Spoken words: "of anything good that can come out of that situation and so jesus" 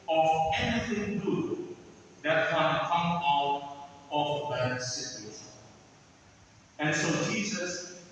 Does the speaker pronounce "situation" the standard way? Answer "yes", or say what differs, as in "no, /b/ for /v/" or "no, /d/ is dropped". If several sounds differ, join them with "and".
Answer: no, /n/ is dropped